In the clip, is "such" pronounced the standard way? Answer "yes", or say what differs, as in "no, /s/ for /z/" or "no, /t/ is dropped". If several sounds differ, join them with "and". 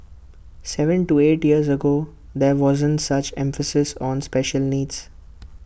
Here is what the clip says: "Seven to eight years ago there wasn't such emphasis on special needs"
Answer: yes